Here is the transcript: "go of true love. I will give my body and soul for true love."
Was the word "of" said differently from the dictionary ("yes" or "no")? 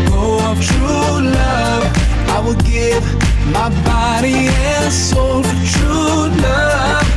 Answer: yes